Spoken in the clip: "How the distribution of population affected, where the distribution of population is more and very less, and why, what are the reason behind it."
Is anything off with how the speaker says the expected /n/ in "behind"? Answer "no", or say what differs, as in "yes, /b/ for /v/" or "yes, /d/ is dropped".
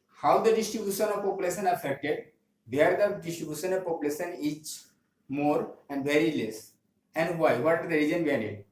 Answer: yes, /n/ is dropped